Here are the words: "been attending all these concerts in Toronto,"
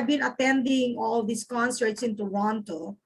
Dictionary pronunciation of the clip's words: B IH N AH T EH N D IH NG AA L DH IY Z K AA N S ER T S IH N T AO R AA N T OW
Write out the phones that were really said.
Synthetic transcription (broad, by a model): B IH N AH T EH N D IH NG AA L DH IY S K AA N S ER T S IH N T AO R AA N T OW